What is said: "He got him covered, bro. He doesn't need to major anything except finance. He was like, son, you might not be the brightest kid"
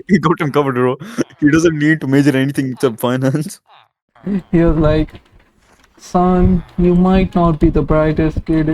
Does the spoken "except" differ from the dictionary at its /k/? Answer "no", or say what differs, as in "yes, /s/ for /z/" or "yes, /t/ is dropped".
yes, /k/ is dropped